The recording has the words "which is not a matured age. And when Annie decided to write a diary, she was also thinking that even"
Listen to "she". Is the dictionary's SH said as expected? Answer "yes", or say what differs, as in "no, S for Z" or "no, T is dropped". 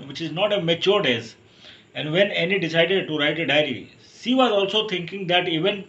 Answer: no, S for SH